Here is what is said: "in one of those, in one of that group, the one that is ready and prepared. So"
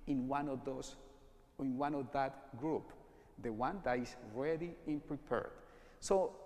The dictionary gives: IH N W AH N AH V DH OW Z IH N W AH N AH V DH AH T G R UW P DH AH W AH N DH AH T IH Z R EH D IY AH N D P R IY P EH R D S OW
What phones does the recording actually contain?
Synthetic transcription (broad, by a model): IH N W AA N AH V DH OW S IH N W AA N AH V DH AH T G R UW P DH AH W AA N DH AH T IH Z R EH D IY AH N P R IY P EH R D S OW